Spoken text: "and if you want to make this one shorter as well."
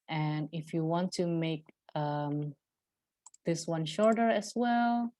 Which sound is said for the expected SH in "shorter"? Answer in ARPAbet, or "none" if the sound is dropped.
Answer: SH